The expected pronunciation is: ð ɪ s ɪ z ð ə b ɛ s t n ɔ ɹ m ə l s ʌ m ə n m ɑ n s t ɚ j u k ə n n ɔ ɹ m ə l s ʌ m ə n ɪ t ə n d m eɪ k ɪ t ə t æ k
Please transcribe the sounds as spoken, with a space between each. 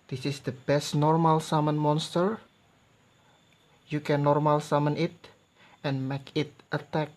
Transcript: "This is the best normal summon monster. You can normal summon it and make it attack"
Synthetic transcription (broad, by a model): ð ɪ s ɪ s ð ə b ɛ s t n ɔ ɹ m ə l s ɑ m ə n m ɑ n s t ɚ j u k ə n n ɔ ɹ m ə l s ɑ m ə n ɪ t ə n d m eɪ k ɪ t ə t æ k